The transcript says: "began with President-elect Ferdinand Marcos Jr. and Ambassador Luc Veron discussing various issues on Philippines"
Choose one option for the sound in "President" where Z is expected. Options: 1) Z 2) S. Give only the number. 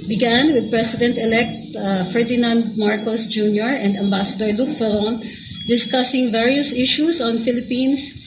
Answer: 2